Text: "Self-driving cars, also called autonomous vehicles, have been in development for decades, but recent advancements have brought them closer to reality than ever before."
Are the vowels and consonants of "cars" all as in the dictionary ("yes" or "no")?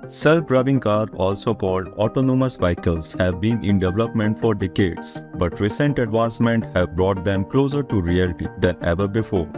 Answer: no